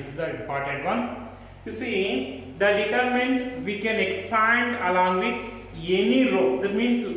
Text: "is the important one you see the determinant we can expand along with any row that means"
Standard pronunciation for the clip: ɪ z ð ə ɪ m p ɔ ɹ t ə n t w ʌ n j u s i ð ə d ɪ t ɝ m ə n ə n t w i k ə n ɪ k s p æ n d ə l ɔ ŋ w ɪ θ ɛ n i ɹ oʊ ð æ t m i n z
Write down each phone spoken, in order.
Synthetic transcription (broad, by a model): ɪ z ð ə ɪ p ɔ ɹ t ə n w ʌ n j u s i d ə d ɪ t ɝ m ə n n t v i k ə n ɪ k s p æ n d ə l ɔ ŋ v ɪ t ɛ n i ɹ oʊ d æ t m i n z